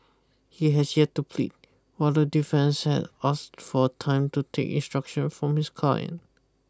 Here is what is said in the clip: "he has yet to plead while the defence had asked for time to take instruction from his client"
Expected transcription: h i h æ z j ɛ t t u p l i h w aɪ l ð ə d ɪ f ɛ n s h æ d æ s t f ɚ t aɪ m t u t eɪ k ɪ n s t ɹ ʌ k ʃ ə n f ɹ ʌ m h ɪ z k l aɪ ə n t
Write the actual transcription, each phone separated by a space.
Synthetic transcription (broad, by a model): h i h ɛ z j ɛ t t u p l i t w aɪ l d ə d ɪ f ɛ n s h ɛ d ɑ s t f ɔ t aɪ m t u t eɪ k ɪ n s t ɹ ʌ k ʃ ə n f ɹ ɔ m h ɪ s k aɪ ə n